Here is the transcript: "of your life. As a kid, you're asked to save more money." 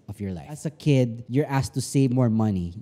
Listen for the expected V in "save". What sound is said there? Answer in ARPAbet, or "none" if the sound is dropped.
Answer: V